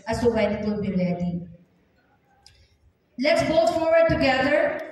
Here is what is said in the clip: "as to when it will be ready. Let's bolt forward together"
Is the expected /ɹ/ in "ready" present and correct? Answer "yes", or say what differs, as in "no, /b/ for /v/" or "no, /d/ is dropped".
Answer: no, /l/ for /ɹ/